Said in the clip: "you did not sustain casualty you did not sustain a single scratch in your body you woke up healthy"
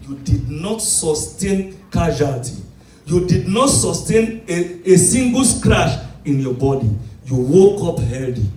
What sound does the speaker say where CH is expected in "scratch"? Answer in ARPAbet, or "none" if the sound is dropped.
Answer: SH